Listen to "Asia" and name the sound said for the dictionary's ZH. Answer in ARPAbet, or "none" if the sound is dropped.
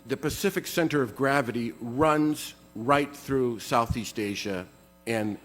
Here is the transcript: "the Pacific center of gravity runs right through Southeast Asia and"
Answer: ZH